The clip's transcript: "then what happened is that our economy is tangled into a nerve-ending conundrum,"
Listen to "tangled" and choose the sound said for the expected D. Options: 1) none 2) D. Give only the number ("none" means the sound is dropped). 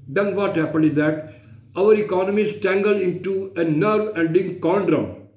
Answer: 1